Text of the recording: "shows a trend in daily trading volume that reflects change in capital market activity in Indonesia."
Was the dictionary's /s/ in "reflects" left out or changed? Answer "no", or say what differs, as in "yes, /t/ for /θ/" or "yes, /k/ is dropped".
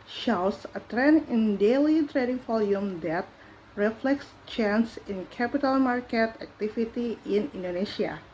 no